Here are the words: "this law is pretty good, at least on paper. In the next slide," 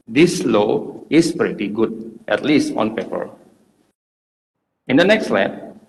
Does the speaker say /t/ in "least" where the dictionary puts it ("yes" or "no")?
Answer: yes